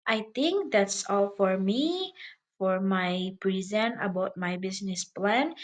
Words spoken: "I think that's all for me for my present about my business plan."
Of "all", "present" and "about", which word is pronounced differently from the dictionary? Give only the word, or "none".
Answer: present